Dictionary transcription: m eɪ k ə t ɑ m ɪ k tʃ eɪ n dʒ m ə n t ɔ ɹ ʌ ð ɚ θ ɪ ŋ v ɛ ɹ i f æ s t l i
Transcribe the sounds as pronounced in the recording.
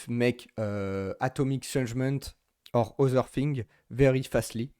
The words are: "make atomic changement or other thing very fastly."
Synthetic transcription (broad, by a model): m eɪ k ə t ɑ m ɪ k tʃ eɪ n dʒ m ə n t ɔ ɹ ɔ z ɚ f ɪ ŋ v ɛ ɹ i f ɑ s t l i